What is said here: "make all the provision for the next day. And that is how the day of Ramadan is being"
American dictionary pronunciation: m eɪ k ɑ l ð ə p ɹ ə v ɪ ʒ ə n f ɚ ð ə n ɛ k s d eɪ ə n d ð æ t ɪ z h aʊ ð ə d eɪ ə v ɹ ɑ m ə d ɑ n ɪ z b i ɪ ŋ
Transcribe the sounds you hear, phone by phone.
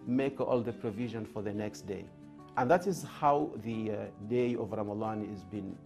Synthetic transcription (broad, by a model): m eɪ k ɑ l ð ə p ɹ ə v ɪ ʒ ə n f ɚ ð ə n ɛ k s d eɪ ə n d ð æ t ɪ z h aʊ ð ə d eɪ ə v ɹ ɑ m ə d ɑ n ɪ z b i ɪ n